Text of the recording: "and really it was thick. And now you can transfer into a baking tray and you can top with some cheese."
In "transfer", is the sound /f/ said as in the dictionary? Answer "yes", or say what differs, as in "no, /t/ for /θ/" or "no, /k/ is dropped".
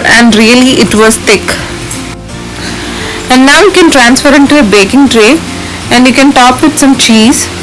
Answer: yes